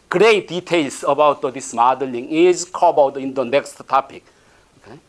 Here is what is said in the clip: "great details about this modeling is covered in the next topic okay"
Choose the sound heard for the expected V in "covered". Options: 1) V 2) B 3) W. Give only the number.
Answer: 2